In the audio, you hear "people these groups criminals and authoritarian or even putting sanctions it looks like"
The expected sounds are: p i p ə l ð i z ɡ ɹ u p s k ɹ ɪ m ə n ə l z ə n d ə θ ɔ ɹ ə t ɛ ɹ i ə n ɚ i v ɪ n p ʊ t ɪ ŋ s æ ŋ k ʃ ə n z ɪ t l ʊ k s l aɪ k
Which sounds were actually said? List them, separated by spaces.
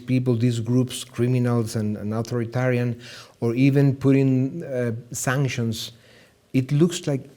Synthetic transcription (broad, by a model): p i p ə l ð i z ɡ ɹ u p s k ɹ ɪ m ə n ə l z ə n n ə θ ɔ ɹ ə t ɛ ɹ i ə n ɚ i v ɪ n p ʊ t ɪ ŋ s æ ŋ k ʃ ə n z ɪ t l ʊ k s l aɪ k